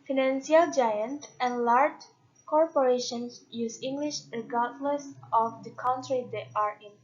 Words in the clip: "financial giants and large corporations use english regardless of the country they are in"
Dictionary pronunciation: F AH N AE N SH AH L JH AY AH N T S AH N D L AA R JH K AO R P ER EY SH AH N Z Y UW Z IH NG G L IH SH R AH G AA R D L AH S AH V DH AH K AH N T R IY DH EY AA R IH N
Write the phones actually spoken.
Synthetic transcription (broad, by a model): F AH N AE N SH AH L JH AY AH N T AH N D L AA R JH K AO R P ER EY SH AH N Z Y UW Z IH NG G L IH SH R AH G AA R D L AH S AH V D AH K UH N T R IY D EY AA R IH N